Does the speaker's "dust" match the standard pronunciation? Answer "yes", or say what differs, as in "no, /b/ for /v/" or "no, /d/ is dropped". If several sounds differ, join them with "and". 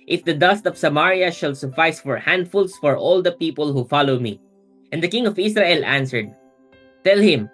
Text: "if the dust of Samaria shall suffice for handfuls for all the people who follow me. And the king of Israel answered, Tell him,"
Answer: yes